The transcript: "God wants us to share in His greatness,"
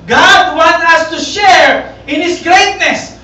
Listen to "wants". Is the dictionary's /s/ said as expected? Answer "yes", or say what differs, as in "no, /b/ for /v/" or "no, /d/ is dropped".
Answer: no, /s/ is dropped